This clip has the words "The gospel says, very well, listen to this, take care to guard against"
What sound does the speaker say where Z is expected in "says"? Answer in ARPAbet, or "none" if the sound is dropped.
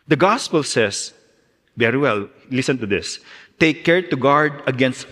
S